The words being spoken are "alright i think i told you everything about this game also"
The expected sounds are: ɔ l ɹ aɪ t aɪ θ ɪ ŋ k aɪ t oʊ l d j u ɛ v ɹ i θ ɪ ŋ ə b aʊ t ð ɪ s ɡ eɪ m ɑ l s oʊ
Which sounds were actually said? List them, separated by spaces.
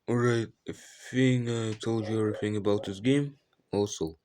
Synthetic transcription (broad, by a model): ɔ ɹ aɪ t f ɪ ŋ aɪ t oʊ l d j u ɛ v ɹ i θ ɪ ŋ ə b aʊ t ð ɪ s ɡ eɪ m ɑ l s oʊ